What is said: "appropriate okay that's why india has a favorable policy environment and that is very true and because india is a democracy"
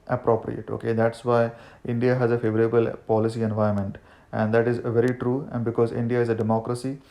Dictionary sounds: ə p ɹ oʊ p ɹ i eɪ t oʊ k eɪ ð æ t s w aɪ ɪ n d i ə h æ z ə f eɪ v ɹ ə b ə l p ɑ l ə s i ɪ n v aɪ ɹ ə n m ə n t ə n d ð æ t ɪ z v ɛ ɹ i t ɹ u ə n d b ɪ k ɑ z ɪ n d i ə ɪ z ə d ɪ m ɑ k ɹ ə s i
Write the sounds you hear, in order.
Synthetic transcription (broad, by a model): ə p ɹ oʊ p ɹ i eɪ t oʊ k eɪ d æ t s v aɪ ɪ n d i ə h æ z ə f eɪ v ɹ ə b ə l p ɑ l ə s i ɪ n v aɪ ə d m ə n t ə n d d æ t ɪ z v ɛ ɹ i t ɹ u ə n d b ɪ k ɑ z ɪ n d i ə ɪ z ə d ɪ m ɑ k ɹ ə s i